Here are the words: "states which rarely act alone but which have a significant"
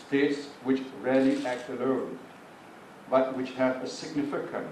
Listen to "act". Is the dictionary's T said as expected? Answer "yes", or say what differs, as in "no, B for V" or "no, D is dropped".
yes